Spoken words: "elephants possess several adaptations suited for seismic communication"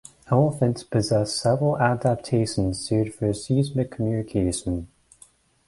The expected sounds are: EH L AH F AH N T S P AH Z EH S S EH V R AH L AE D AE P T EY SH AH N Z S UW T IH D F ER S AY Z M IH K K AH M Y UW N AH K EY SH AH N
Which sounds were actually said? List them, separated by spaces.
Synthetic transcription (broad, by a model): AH AH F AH N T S P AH Z EH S S EH V R AH L AE D AE P T EY SH AH N Z S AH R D F ER S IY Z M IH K K AH M Y UW N AH K EY SH AH N